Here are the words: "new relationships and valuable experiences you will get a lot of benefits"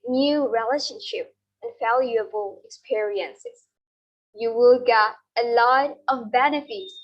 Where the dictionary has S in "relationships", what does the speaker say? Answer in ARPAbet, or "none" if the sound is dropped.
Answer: none